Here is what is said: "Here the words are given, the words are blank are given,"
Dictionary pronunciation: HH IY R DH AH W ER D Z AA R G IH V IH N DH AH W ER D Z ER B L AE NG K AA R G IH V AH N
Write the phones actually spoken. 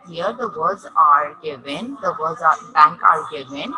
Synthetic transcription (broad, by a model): HH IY R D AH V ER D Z AA R G IH V IH N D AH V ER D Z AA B AE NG K AA R G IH V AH N